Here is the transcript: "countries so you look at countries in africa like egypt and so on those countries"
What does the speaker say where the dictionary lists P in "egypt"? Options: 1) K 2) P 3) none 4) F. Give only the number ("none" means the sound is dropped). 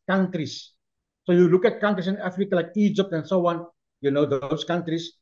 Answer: 2